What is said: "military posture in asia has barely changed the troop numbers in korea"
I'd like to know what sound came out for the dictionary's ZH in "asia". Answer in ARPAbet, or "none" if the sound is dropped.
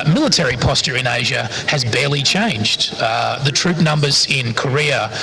ZH